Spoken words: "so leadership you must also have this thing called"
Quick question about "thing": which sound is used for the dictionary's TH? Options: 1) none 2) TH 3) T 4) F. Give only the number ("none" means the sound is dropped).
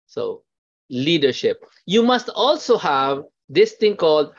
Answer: 3